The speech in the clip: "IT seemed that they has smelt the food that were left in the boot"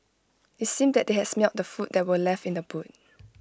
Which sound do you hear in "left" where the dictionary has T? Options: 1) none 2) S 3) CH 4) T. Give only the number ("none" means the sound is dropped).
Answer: 4